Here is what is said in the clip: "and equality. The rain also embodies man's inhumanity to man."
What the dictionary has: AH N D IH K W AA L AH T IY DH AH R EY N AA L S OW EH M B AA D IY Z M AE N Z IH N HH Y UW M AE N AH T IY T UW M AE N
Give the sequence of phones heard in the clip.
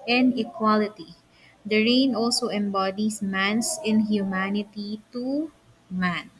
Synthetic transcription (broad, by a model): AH N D IH K W AA L AH T IY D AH R EY N AA L S OW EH M B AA D IY S M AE N S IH N HH Y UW M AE N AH T IY T UW M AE N